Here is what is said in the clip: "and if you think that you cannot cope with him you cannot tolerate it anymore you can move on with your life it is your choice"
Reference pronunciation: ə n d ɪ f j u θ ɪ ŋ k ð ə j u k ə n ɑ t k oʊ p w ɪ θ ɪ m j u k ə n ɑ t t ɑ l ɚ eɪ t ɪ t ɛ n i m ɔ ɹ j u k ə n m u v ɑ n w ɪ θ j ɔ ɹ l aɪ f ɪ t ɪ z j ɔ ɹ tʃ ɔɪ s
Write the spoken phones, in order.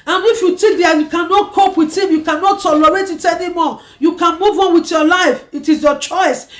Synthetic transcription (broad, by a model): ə n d ɪ f j u t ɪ k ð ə j u k ə n ɑ t k oʊ p w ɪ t ɪ m j u k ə n ɑ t t ɑ l ɚ eɪ t ɪ t ɛ n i m ɔ j u k ə n m u v ɑ n w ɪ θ j ɔ l aɪ f ɪ t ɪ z j ɔ tʃ ɔɪ s